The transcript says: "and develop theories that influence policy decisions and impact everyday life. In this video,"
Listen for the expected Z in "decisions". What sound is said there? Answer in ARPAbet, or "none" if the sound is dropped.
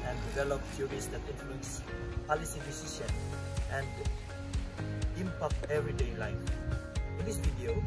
none